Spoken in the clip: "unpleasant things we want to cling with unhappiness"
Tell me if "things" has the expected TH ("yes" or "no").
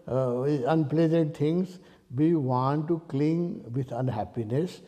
no